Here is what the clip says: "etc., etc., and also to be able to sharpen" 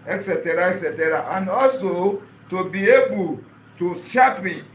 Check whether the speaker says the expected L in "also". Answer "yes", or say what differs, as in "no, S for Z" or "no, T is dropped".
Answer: yes